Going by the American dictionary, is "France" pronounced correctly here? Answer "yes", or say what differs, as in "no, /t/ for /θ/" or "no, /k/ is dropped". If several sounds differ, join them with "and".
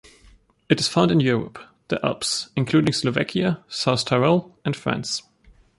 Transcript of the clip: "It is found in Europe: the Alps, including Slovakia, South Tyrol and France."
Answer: yes